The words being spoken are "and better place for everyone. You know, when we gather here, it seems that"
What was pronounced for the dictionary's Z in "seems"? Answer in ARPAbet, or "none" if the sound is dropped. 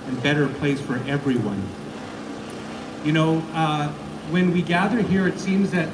Z